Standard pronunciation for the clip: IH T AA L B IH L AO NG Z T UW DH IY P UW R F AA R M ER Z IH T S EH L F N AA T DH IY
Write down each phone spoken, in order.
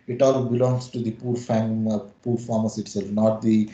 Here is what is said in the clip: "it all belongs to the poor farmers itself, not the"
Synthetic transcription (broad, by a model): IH T AA L B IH L AO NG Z T UW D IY P UW R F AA R M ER S IH T S EH L F N AA T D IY